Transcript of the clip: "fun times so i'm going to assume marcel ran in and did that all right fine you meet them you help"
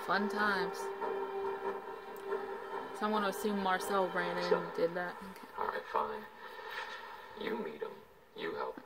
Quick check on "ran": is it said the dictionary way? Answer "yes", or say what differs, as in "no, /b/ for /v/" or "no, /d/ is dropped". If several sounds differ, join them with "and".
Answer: no, /n/ is dropped